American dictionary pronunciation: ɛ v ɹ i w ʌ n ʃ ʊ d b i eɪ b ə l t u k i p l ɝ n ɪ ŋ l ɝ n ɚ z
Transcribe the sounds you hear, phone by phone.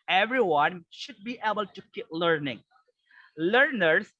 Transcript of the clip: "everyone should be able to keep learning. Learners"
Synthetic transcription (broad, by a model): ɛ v ɹ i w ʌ n ʃ ʊ d b i eɪ b ə l t u k i p l ɝ n ɪ ŋ l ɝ n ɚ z